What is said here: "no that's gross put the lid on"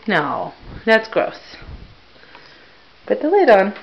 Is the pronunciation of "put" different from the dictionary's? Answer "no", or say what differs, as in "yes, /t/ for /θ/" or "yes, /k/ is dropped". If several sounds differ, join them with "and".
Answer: yes, /b/ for /p/